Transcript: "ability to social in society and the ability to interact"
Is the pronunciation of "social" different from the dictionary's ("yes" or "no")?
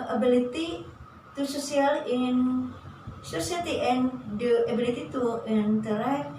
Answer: yes